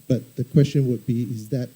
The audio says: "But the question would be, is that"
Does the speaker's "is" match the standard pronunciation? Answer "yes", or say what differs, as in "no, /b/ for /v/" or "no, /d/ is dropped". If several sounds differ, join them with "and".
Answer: yes